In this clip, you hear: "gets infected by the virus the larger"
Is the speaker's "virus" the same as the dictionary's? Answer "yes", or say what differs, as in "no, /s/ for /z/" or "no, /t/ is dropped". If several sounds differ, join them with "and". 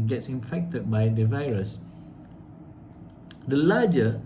yes